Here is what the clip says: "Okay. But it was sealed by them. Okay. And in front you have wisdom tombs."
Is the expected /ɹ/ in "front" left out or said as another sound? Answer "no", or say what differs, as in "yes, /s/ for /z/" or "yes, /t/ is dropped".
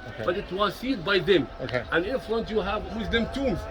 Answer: yes, /l/ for /ɹ/